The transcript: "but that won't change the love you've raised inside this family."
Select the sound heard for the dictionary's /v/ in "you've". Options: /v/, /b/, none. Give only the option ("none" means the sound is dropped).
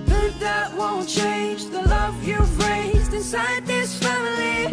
/b/